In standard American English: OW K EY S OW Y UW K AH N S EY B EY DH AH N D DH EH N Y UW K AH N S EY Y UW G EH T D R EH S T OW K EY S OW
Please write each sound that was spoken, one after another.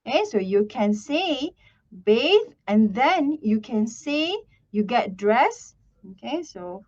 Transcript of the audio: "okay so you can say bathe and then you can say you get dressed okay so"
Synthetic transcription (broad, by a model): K EY S OW Y UW K AH N S EY B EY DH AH N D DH EH N Y UW K AH N S EY Y UW G EH T D R EH S OW K EY S OW